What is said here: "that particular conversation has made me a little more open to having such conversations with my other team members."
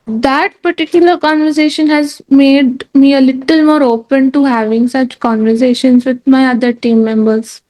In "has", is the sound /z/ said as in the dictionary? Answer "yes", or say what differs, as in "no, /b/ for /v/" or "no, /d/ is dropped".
yes